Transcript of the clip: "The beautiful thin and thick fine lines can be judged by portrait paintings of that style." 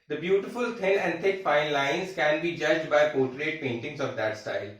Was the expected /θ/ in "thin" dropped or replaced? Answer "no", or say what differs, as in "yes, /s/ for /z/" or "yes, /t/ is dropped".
yes, /t/ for /θ/